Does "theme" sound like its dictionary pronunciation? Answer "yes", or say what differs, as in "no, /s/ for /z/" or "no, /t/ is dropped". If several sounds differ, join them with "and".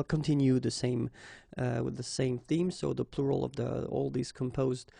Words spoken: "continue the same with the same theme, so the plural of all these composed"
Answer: yes